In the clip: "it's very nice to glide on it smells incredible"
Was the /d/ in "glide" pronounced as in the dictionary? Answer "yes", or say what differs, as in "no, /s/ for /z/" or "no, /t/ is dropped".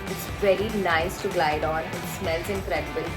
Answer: yes